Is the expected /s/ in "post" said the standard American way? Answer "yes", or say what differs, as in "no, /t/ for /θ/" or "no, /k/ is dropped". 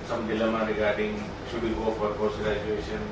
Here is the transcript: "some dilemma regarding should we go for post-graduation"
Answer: no, /s/ is dropped